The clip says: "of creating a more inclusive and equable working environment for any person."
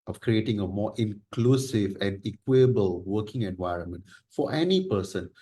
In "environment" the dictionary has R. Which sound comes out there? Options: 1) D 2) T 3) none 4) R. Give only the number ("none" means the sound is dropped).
4